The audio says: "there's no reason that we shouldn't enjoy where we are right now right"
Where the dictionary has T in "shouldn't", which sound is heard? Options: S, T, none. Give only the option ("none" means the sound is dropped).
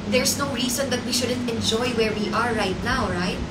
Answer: T